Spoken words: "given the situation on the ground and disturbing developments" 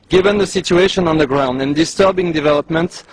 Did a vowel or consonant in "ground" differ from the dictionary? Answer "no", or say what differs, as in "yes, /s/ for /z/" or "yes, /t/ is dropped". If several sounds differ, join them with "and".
no